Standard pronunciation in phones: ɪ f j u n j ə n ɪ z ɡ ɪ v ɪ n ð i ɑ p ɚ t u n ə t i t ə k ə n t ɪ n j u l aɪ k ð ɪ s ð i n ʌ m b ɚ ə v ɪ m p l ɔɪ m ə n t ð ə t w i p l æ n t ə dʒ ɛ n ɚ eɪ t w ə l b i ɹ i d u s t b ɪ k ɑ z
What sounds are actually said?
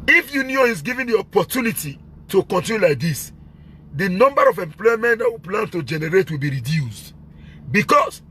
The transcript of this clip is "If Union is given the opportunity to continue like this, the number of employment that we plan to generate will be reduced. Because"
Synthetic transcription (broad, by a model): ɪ f j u n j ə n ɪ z ɡ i v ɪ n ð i ɑ p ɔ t u n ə t i t ə k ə n t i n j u l aɪ k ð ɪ s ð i n ʌ m b ɚ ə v ɪ m p l ɔɪ m ə n t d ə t w i p l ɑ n t ə dʒ ɛ n ɚ eɪ t w ə l b i ɹ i d u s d b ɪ k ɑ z